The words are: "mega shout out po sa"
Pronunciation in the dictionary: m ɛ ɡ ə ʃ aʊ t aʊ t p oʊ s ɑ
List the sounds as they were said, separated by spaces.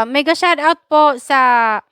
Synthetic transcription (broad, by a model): m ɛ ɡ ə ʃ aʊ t aʊ t p oʊ s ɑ